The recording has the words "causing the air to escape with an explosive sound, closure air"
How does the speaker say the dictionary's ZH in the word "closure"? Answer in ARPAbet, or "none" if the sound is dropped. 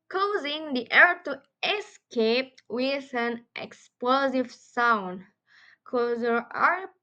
Z